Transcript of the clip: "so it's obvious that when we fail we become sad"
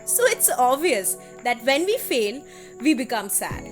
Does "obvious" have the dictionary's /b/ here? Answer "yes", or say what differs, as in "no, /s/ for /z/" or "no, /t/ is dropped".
no, /b/ is dropped